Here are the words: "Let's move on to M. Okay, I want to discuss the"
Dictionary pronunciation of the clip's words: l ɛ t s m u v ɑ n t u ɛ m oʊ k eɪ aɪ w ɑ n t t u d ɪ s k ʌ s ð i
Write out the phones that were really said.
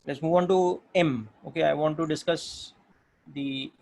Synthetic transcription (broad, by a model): l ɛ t s m u v ɑ n t u ɛ m oʊ k eɪ aɪ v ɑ n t t u d ɪ s k ʌ s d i